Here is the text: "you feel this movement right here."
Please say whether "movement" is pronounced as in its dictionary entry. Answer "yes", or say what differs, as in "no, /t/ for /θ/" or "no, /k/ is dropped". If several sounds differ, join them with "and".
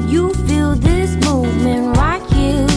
yes